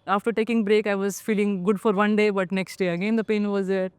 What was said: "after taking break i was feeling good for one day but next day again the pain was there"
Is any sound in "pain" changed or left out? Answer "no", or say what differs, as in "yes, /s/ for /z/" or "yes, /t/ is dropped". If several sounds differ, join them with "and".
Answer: no